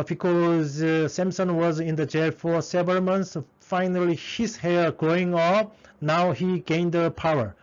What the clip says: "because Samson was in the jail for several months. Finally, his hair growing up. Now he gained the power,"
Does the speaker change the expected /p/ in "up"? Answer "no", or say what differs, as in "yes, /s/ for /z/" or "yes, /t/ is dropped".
yes, /f/ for /p/